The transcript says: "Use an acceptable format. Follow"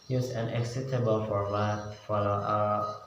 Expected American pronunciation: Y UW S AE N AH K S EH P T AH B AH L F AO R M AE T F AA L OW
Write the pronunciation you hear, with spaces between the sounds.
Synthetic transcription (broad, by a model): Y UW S AE N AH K S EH T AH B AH L F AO R M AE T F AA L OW